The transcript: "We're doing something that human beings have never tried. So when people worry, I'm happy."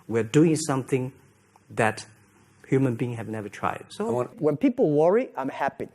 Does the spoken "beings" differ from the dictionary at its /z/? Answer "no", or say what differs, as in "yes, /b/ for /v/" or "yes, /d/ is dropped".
yes, /z/ is dropped